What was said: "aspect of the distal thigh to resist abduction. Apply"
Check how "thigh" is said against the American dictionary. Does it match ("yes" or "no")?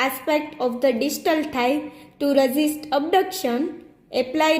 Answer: no